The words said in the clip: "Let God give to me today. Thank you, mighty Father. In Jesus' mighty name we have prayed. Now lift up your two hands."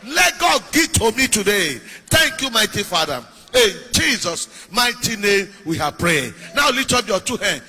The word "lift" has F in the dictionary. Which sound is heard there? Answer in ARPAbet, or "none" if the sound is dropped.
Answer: none